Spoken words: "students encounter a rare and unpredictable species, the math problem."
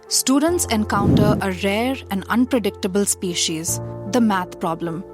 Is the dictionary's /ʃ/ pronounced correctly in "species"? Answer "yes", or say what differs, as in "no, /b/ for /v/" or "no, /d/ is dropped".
yes